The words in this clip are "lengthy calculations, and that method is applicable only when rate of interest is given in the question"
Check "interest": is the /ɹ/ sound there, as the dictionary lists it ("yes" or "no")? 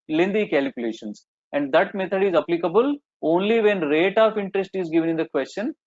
yes